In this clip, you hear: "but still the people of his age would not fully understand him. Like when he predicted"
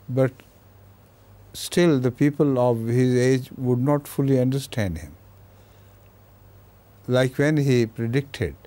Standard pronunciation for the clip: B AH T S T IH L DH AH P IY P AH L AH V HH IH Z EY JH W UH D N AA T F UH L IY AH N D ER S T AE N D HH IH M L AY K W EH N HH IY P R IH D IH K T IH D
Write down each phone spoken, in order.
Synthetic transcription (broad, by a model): B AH T S T IH L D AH P IY P AH L AH V HH IH Z EY JH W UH D N AA T F UH L IY AH N D ER S T AE N D HH IH M L AY K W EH N HH IY P R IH D IH K T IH D